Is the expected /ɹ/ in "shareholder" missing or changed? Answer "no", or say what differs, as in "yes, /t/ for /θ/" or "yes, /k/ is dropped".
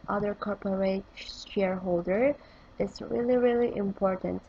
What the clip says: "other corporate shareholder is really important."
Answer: no